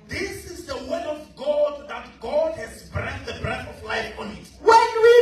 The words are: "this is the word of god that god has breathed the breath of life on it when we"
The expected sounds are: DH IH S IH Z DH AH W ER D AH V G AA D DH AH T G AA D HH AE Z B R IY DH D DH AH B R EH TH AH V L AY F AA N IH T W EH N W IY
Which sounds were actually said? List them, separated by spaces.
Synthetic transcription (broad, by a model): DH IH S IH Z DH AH W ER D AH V G AA D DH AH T G AA D HH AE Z B R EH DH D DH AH B R EH TH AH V L AY F AA N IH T W EH N W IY